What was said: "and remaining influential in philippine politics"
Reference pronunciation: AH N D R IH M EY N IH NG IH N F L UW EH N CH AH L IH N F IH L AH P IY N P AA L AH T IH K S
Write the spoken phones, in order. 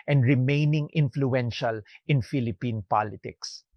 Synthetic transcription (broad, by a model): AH N D R IH M EY N IH NG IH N F L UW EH N SH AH L IH N F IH L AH P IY N P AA L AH T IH K S